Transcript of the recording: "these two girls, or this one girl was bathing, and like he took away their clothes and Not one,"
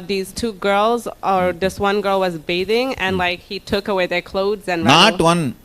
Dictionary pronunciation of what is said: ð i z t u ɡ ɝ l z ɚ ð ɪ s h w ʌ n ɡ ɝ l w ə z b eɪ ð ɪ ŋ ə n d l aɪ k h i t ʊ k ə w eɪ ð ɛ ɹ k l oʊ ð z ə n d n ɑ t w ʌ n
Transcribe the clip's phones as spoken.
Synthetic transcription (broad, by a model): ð i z t u ɡ ɝ l z ɚ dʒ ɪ s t w ʌ n ɡ ɝ l w ə z b eɪ ð ɪ ŋ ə n l aɪ k h i t ʊ k ə w eɪ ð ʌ ɹ k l oʊ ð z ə n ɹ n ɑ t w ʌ n